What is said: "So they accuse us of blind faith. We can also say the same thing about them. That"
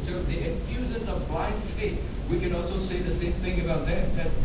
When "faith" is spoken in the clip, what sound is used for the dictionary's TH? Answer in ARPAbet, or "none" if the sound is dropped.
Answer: T